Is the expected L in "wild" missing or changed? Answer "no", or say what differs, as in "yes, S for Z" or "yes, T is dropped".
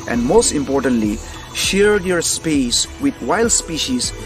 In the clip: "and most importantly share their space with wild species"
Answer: no